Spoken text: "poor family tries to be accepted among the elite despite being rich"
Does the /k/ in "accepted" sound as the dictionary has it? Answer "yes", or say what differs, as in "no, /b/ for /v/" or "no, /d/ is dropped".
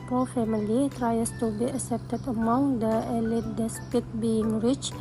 no, /k/ is dropped